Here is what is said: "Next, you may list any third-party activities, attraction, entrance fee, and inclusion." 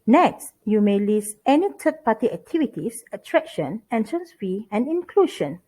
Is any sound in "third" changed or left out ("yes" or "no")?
yes